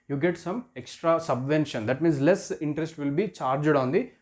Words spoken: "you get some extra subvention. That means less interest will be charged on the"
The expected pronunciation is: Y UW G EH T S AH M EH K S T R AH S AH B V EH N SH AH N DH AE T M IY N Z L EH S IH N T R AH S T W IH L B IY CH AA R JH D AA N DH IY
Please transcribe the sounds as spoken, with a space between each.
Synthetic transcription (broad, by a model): Y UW G EH T S AH M EH K S T R AH S AH B V EH N SH AH N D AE T M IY N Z L EH S IH N T R AH S T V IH L B IY CH AA R JH D AA N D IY